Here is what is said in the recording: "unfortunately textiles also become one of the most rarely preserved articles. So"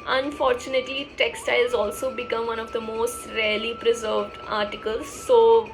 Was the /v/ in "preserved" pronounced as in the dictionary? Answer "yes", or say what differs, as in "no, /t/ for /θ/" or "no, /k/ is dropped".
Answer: yes